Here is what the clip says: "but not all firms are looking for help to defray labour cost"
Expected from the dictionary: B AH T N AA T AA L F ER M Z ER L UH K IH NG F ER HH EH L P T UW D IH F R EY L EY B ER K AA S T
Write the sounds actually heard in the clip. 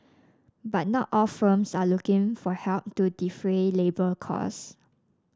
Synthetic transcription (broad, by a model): B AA T N AA T AA L F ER M S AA L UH K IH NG F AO HH EH L P T UW D IH F R EY L EY B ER K AA S